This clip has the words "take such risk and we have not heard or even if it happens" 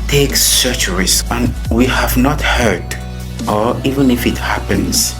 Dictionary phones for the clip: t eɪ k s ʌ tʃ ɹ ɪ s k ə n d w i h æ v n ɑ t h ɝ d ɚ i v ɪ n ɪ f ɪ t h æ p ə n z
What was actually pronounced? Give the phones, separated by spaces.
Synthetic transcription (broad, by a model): t eɪ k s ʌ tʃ ɹ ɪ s ə n w i h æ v n ɑ t h ɝ d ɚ i v ɪ n ɪ f ɪ t h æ p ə n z